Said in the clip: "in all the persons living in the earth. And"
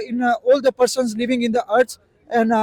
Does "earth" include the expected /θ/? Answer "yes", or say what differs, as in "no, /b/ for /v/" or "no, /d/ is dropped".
no, /s/ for /θ/